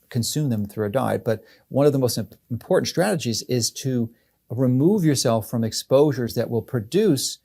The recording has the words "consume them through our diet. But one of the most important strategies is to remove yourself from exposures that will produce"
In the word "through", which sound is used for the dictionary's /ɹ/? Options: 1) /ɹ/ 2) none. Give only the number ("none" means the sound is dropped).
1